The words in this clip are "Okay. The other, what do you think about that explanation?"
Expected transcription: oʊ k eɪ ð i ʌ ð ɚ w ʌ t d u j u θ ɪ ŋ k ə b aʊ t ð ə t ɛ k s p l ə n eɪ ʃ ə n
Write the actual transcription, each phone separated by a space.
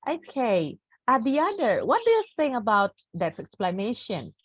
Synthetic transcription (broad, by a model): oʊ k eɪ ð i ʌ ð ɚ w ʌ t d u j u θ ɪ ŋ ə b aʊ t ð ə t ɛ k s p l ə n eɪ ʃ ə n